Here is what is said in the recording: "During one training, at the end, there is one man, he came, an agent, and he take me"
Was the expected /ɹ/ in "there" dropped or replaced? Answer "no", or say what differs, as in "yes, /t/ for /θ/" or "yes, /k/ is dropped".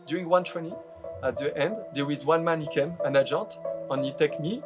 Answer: yes, /w/ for /ɹ/